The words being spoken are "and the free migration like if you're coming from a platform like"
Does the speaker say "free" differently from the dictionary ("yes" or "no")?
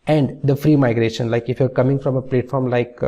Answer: no